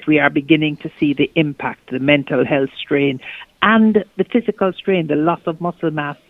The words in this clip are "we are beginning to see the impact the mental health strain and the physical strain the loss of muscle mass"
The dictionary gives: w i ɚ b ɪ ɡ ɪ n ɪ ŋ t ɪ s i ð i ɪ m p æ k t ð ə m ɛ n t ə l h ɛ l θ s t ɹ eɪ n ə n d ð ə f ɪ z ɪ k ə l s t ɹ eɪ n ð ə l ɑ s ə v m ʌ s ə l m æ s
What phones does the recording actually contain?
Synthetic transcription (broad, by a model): w i ɚ b ɪ ɡ ɪ n ɪ ŋ t ɪ s i ð i ɪ m p æ k t ð ə m ɛ n t ə l h ɛ l θ s t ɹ eɪ n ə n ð ə f ɪ z ɪ k ə l s t ɹ eɪ n ð ə l ɑ s ə v m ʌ s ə l m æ s